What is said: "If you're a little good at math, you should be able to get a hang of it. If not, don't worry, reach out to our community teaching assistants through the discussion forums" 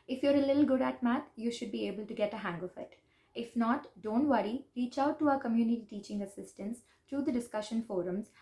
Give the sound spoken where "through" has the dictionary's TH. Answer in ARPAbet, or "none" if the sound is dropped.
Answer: T